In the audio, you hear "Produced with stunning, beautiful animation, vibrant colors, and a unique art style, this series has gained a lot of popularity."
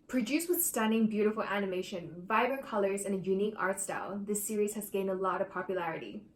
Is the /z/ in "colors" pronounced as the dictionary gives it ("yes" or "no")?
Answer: yes